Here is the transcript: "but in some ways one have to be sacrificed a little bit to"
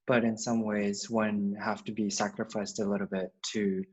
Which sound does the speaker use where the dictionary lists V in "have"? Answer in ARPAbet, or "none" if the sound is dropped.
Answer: F